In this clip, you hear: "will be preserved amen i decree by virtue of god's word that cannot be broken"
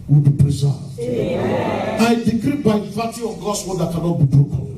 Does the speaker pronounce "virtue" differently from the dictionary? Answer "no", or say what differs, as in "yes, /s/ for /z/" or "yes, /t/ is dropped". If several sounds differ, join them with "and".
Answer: yes, /p/ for /v/